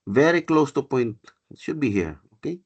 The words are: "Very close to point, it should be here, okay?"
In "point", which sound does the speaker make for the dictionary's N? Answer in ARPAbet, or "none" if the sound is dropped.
N